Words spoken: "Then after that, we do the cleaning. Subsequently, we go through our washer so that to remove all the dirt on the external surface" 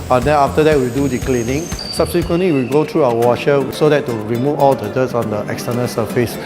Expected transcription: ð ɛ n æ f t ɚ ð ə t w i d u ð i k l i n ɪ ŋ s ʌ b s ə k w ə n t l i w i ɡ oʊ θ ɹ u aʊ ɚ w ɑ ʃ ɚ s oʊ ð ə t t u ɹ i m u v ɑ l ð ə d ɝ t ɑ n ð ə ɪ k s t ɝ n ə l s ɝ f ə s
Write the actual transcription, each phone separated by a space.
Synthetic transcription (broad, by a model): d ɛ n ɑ f t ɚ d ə t w i d u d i k l i n ɪ ŋ s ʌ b s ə k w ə n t l i w i ɡ oʊ t ɹ u aʊ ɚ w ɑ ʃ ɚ s oʊ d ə t t u ɹ i m u v ɑ l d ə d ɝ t ɑ n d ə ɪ k s t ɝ n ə l s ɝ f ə s